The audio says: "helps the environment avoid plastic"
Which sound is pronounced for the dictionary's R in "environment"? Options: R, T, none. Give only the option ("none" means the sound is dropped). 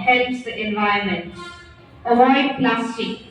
none